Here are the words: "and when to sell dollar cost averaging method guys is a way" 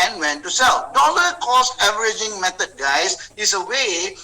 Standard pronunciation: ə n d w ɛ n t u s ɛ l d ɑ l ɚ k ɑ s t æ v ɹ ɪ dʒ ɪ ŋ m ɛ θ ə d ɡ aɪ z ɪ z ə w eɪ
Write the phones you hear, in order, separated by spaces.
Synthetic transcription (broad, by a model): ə n w ɛ n t u s ɛ l d ɑ l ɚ k ɑ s ɛ v ɹ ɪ dʒ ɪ ŋ m ɛ t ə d ɡ aɪ s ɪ s ə w eɪ